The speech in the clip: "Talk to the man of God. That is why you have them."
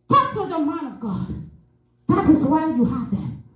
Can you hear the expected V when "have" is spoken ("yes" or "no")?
yes